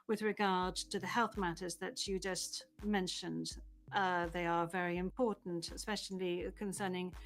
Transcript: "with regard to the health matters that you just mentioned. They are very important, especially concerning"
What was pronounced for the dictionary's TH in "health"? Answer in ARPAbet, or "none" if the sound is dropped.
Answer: TH